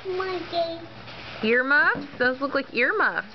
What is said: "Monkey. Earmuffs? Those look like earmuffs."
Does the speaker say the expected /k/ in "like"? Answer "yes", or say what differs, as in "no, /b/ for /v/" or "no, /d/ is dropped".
yes